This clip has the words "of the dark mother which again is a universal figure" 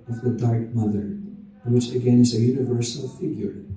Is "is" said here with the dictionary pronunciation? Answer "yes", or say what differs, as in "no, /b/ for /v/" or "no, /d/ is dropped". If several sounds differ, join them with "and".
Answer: yes